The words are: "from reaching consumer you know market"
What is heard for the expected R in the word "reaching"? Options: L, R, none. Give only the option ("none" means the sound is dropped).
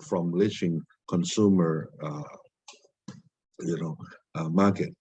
L